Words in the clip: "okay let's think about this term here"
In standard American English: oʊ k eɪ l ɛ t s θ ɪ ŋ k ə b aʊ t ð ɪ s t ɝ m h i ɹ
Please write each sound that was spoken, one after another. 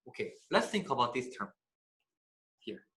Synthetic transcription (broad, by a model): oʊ k eɪ l ɛ t s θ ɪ ŋ k ə b aʊ t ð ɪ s t ɝ m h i ɹ